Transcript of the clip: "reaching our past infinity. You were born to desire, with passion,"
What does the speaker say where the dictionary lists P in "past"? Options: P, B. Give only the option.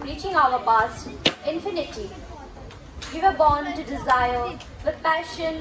B